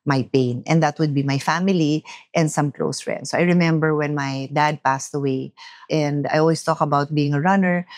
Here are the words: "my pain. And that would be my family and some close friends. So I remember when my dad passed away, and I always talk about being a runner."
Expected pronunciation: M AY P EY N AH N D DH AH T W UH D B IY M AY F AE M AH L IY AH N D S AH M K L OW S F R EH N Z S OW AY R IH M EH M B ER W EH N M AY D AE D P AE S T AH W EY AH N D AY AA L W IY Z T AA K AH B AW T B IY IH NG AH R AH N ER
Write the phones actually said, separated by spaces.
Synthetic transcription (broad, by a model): M AY P EY N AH N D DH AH T W UH D B IY M AY F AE M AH L IY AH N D S AH M K L OW S F R EH N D S OW AY R IH M EH M B ER W EH N M AY D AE D P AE S T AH W EY AH N D AY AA L W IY S T AA K AH B AW T B IY IH NG AH R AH N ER